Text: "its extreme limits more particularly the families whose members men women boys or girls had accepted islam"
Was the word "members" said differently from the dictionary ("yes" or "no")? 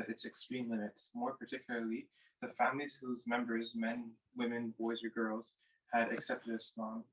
no